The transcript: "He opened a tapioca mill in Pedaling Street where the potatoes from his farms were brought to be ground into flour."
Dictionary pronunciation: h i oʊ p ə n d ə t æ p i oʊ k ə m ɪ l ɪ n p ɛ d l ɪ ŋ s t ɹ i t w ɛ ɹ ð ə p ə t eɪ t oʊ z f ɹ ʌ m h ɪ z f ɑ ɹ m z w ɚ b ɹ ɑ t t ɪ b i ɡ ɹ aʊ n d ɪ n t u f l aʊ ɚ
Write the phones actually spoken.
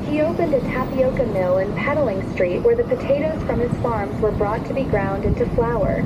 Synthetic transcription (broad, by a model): h i oʊ p ə n d ə t æ p i oʊ k ə m ɪ l ɪ n p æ d l ɪ ŋ s t ɹ i t w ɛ ɹ ð ə p ə t eɪ t oʊ z f ɹ ʌ m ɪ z f ɑ ɹ m z w ɚ b ɹ ɑ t t ɪ b i ɡ ɹ aʊ n d ɪ n t u f l aʊ ɚ